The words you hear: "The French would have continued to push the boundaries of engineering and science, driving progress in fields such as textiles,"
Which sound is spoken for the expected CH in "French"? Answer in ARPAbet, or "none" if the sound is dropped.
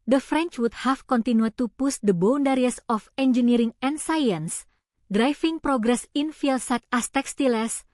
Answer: CH